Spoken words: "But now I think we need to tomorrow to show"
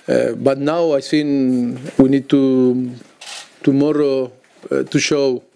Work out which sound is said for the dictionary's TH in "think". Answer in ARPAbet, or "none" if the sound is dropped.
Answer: S